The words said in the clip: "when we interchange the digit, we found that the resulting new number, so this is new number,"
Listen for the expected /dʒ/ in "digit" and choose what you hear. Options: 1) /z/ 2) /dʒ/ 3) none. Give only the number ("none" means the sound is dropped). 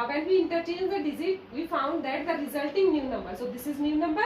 1